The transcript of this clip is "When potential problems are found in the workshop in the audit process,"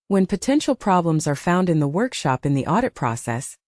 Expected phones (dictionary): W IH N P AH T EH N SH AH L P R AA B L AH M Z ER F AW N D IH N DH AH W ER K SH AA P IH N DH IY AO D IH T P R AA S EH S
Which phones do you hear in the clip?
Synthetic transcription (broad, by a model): W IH N P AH T EH N SH L P R AA B L AH M Z ER F AW N D IH N DH AH W ER K SH AA P IH N DH IY AO D IH T P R AA S EH S